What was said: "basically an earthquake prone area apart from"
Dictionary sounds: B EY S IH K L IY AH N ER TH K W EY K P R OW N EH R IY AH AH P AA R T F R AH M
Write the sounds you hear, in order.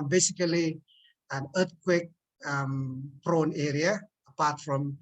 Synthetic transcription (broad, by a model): B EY S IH K L IY AH N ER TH K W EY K P R OW N EH R IY AH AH P AA T F R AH M